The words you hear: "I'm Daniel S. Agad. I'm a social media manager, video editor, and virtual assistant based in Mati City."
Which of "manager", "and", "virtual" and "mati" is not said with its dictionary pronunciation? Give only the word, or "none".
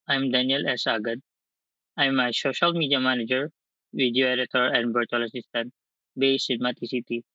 virtual